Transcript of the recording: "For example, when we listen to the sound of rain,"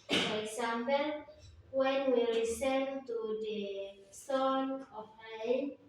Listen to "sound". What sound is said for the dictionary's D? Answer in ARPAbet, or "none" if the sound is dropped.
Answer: none